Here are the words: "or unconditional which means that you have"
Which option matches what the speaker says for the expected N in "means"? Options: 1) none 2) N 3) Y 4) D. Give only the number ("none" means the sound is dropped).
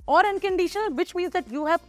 1